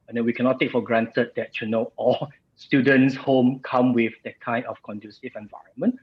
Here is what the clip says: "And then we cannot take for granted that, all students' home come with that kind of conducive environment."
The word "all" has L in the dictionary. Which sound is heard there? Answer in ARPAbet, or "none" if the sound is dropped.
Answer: N